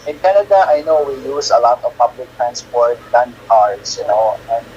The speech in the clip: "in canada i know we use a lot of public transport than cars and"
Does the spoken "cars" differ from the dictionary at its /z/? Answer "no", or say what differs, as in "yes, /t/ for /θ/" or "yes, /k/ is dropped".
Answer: yes, /s/ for /z/